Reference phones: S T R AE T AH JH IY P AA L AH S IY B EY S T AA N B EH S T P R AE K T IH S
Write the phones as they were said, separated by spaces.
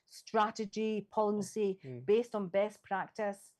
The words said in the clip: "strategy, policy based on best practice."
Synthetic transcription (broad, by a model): S T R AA T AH JH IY P AA L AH S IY B EY S T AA N B EH S P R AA K T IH S